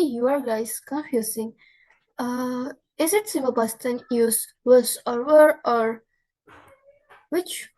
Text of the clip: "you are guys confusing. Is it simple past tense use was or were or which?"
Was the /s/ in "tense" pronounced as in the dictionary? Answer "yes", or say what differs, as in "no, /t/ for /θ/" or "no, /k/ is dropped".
no, /s/ is dropped